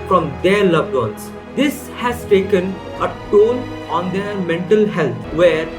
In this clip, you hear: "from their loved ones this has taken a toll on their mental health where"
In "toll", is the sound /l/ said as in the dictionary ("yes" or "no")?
no